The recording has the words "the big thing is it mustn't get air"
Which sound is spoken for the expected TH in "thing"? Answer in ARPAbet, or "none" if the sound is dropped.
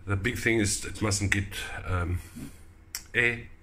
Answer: TH